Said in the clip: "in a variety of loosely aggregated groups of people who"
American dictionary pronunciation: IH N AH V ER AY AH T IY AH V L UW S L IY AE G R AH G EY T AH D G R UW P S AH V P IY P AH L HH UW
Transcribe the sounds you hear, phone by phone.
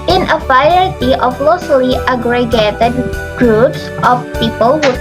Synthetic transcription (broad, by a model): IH N AH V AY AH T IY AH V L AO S L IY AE G R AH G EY T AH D G R UW P S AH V P IY P AH L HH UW